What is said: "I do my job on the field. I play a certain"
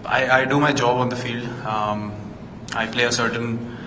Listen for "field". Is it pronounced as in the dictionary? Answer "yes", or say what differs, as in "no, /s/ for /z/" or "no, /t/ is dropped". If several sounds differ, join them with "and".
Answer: yes